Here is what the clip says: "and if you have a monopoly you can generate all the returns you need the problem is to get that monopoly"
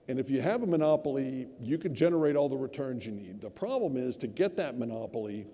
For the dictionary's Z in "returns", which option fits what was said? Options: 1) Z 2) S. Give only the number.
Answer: 1